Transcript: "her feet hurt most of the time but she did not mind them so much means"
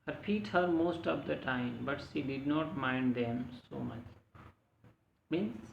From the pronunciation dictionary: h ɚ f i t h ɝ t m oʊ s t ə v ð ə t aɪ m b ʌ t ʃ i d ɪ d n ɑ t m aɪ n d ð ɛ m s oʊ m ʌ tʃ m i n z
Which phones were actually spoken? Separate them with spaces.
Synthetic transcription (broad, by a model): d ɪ p i t h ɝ t m oʊ s t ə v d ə t aɪ m b ʌ t ʃ i d ɪ d n ɑ t m aɪ n d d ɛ m s oʊ m ʌ tʃ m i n